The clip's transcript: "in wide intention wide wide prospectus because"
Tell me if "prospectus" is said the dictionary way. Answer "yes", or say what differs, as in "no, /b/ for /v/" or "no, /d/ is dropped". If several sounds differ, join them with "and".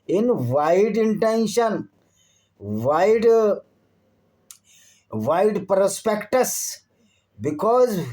yes